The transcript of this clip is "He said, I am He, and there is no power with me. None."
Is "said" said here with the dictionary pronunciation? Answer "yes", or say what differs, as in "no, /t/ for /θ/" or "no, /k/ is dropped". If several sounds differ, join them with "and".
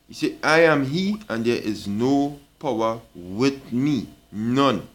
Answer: no, /d/ is dropped